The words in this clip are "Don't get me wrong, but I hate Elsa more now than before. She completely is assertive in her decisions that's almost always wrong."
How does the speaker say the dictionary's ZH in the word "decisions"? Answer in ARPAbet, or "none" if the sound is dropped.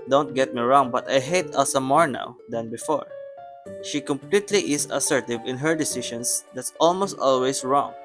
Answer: SH